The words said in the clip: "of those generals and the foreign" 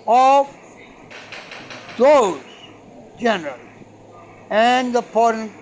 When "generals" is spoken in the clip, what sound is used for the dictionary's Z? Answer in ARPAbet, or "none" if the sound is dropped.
none